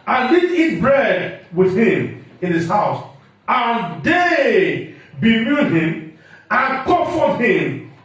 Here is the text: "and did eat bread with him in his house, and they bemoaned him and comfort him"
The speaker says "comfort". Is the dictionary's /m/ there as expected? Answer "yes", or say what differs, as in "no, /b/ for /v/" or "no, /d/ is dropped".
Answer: no, /m/ is dropped